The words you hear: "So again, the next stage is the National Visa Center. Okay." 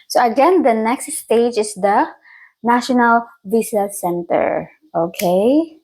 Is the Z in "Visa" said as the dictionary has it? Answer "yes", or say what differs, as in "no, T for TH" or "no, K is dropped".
no, S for Z